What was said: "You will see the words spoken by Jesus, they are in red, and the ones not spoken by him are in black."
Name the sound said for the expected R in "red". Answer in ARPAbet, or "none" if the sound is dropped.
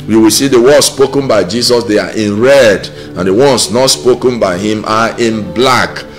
R